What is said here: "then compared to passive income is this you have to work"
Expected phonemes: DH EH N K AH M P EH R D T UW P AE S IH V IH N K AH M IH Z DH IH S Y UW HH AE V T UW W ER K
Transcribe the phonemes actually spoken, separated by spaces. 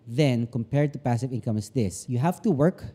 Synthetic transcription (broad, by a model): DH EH N K AH M P EH R D T UW P AE S IH V IH N K AH M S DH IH S Y UW HH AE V T UW W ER K